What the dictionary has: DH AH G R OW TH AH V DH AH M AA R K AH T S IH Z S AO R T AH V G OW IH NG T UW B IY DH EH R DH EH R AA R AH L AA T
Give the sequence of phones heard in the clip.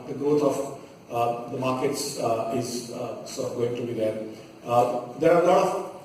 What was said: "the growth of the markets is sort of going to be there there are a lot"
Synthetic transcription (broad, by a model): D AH G R OW T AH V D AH M AA R K AH T S IH Z S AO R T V G OW IH NG T UW B IY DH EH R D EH R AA L AH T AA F